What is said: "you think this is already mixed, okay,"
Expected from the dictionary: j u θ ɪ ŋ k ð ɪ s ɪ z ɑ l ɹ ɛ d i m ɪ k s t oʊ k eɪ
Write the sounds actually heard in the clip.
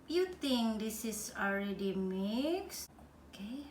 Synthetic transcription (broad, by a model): j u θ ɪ ŋ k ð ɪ s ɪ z ɑ l ɹ ɛ d i m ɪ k s oʊ k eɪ